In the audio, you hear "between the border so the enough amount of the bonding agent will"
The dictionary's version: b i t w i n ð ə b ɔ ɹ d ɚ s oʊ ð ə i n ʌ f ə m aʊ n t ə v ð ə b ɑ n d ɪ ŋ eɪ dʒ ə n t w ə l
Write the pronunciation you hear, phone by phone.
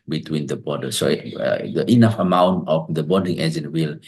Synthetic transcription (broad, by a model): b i t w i n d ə b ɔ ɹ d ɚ s oʊ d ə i n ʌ f ə m aʊ n t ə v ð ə b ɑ d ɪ ŋ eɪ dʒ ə n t w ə l